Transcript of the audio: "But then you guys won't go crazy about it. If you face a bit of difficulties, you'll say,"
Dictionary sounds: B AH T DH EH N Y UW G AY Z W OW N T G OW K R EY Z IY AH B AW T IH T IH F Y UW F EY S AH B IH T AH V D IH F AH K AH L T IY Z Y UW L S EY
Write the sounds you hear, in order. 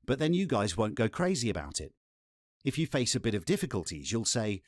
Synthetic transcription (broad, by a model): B AH T DH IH N Y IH G AY Z W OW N G OW K R EY Z IY AH B AW T IH T IH F Y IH F EY S AH B IH T AH V D IH F AH K AH L T IY Z Y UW L S EY